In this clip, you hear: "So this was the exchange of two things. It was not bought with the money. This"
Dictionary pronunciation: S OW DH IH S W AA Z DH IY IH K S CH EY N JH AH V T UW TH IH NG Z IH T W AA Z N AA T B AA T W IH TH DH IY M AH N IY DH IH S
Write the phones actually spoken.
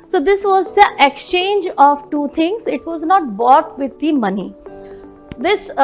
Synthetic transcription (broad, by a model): S OW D IH S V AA Z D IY IH K S CH EY N JH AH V T UW T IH NG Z IH T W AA Z N AA T B AA T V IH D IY M AH N IY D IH S